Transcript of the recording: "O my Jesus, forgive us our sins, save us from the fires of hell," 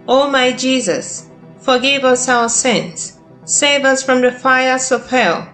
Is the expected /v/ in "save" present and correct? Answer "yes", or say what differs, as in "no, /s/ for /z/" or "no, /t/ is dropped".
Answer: yes